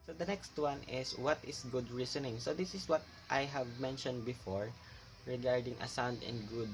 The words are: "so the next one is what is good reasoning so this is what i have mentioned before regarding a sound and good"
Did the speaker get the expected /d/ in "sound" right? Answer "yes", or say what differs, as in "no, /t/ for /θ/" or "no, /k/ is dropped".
yes